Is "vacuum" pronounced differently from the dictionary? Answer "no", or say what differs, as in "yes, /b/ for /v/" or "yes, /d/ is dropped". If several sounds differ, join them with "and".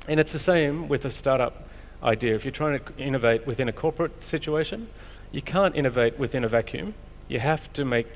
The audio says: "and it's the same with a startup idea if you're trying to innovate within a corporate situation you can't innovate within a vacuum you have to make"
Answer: no